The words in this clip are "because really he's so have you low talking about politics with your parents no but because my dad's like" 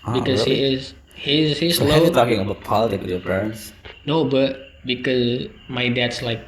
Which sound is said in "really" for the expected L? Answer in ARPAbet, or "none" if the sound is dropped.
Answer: none